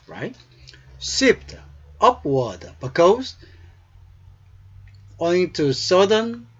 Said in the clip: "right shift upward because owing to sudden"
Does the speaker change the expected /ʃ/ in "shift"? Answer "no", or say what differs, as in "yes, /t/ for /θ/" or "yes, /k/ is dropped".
yes, /s/ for /ʃ/